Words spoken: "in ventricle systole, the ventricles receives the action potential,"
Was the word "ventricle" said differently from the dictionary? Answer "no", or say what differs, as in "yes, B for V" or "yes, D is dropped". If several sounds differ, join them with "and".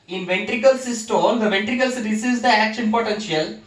no